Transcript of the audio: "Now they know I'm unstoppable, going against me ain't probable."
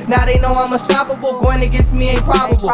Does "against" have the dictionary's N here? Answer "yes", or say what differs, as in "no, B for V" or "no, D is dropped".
no, N is dropped